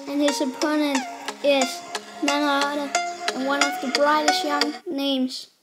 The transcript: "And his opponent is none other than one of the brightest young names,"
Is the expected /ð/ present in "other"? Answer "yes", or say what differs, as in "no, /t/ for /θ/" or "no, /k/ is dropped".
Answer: no, /ð/ is dropped